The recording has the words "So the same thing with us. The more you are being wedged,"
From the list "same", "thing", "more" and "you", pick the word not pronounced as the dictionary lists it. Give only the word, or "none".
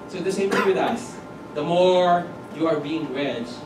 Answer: thing